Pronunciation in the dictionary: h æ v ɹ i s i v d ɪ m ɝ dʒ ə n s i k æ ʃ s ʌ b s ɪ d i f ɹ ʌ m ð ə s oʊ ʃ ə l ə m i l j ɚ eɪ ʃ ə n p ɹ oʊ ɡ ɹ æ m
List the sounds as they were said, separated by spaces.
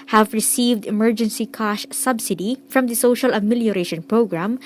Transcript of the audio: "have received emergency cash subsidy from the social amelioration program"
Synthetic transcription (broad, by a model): h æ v ɹ i s i v d ɪ m ɝ dʒ ə n s i k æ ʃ s ʌ b s ɪ d i f ɹ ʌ m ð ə s oʊ ʃ ə l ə m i l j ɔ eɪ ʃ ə n p ɹ oʊ ɡ ɹ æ m